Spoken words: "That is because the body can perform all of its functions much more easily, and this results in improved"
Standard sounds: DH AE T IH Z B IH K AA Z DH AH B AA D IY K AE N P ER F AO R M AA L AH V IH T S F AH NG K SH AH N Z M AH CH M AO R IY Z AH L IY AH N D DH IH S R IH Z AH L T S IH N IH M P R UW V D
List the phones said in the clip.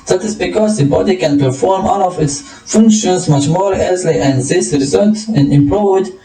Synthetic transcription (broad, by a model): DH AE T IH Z B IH K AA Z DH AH B AA D IY K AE N P ER F AO R M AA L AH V IH T S F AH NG K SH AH N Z M AH CH M AO R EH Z L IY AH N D DH IH S R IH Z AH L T IH N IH M P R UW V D